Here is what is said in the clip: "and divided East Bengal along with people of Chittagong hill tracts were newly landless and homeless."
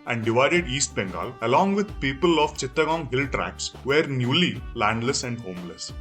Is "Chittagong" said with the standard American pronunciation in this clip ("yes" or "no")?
yes